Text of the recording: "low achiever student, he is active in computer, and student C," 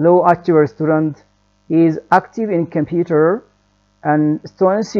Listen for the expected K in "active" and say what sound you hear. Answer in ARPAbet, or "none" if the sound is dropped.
K